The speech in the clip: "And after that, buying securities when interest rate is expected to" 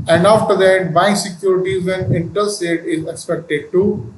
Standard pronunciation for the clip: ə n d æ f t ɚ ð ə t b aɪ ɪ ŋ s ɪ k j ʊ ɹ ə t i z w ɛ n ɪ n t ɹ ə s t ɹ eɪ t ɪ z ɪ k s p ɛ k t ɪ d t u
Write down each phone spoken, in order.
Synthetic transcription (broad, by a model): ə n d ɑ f t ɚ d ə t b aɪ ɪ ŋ s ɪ k j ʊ ɹ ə t i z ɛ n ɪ n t ə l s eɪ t ɪ z ɪ k s p ɛ k t ɪ d t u